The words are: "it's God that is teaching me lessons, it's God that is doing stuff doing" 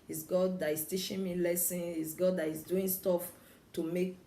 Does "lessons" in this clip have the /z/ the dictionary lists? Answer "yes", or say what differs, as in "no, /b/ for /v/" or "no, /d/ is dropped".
no, /z/ is dropped